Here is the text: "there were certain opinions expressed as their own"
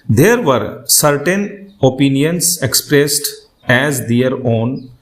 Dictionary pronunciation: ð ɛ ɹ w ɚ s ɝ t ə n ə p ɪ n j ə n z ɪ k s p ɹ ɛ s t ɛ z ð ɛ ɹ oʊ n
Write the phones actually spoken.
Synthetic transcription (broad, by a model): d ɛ ɹ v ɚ s ɝ t ə n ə p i n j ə n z ɪ k s p ɹ ɛ s t ɛ z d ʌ ɹ oʊ n